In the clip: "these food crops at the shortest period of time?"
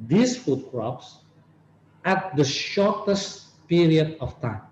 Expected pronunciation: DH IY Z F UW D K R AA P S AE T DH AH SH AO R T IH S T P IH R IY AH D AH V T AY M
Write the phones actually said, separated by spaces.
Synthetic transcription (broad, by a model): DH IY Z F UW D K R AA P S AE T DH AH SH AO R T IH S T P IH R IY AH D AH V T AY M